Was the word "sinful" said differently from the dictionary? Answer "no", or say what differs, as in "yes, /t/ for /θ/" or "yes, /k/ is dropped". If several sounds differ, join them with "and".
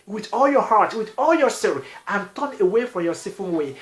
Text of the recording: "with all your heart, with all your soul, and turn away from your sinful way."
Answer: yes, /n/ is dropped